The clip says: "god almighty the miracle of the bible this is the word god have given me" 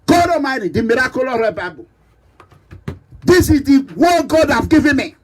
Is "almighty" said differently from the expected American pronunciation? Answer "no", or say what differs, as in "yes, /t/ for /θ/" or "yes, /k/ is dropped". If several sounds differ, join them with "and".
yes, /l/ is dropped